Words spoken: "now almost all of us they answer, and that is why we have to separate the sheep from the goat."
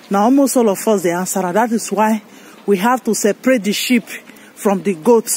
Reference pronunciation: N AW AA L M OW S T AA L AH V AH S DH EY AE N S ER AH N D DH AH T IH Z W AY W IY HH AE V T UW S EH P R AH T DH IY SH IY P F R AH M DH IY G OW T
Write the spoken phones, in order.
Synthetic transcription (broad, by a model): N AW AA L M OW S T AA L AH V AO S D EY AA N S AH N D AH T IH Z W AY W IY HH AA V T UW S EH P R AH T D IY SH IY P F R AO M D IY G OW T